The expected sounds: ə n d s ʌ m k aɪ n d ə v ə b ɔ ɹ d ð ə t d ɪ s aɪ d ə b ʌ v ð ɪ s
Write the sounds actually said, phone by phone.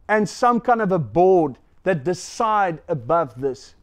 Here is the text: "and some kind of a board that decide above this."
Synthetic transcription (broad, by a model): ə n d s ʌ m k aɪ n d ə v ə b ɔ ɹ d ð ə t d ɪ s aɪ d ə b ʌ v ð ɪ s